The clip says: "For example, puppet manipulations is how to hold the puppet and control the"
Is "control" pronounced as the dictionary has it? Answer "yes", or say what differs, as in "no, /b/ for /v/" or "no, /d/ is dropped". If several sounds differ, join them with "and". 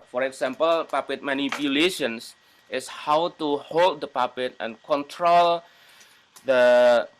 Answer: yes